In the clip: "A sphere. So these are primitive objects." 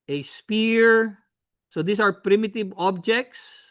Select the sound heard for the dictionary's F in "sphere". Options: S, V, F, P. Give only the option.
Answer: P